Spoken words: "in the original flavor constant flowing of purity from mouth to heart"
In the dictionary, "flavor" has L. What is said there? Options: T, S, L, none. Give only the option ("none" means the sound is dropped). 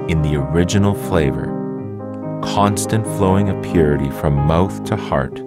L